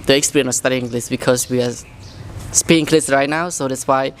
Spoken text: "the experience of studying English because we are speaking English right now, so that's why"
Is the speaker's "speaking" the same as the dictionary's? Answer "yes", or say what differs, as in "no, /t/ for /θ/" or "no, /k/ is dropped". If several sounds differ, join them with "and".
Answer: no, /k/ is dropped